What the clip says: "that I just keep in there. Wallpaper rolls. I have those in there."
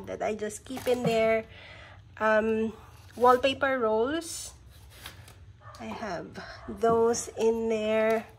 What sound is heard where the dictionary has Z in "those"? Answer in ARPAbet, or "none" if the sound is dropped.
S